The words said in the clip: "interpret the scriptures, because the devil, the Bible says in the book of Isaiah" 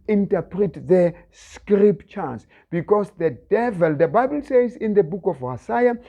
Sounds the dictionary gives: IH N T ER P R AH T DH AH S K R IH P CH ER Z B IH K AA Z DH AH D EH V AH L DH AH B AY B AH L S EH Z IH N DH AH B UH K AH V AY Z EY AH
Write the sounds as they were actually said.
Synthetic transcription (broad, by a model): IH N T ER P R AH T DH AH S K R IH P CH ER S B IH K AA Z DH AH D EH V AH L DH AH B AY B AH L S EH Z IH N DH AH B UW K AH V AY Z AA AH